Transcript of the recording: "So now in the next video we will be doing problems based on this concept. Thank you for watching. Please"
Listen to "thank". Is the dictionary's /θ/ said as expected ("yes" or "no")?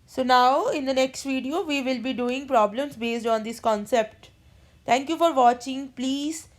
no